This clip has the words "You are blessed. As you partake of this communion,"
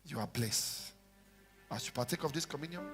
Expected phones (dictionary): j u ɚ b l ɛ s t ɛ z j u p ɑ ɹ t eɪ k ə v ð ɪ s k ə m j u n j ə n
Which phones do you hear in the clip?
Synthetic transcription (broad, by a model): j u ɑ b l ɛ s ɑ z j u p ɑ t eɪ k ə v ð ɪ s k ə m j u n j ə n